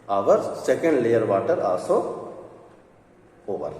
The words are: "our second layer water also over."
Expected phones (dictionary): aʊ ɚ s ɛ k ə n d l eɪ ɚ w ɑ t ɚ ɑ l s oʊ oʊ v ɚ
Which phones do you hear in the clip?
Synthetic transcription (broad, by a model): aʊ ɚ s ɛ k ə n d l eɪ ɚ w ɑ t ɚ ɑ s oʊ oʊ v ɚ